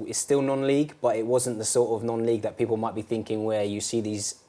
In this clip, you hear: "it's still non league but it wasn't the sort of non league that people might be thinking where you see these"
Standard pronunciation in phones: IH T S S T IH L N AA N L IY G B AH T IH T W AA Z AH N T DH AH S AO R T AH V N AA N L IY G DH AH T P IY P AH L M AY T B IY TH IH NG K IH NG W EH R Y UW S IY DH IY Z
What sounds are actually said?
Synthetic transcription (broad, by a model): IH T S S T IH L N AA N L IY G B AH T IH T W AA Z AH N DH AH S AO T AH V N AA N L IY G DH AH T P IY P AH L M AY T B IY TH IH NG K IH NG W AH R Y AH S IY DH IY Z